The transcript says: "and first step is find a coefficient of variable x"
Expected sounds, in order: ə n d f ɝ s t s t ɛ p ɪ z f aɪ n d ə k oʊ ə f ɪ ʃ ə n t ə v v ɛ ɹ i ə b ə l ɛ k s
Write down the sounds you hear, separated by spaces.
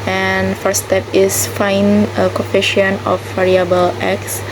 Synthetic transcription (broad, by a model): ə n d f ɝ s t s t ɛ p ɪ s f aɪ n ə k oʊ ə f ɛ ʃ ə n ə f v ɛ ɹ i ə b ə l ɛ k s